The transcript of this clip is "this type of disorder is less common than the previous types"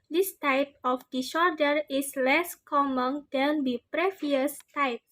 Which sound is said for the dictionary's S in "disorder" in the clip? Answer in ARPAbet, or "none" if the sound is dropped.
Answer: SH